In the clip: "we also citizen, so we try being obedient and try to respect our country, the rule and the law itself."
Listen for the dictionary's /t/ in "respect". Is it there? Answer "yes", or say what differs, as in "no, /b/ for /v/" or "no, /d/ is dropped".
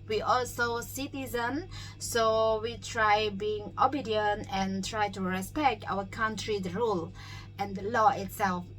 yes